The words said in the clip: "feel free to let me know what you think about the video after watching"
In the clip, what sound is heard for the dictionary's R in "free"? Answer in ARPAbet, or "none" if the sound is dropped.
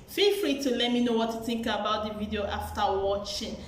R